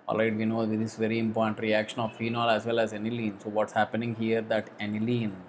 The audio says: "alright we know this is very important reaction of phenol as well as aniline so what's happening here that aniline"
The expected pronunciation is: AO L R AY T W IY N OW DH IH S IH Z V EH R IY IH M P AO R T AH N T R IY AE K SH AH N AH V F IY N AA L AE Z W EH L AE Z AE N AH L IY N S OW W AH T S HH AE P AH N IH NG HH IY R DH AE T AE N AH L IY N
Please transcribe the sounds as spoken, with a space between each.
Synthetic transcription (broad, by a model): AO L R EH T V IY N OW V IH IH S V EH R IY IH M P AO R T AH N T R IY AE K SH AH N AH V F IY N AA L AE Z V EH L AE Z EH N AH L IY N S OW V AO T S HH AE P AH N IH NG HH IY R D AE T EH N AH L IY N